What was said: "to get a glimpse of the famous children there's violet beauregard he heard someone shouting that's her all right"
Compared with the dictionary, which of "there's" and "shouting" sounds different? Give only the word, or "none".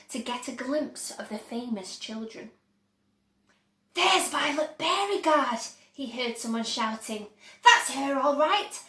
none